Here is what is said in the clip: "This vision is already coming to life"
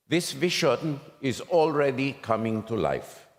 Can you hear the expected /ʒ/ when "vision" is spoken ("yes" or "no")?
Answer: no